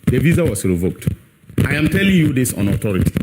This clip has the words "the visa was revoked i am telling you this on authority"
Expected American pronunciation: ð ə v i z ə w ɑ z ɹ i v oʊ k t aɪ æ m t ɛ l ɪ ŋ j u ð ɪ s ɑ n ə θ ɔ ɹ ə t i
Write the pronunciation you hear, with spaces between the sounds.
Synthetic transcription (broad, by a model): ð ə v i z ə w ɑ s ɹ i v oʊ k t aɪ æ m t ɛ l ɪ ŋ j u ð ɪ s ɑ n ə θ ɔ ɹ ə t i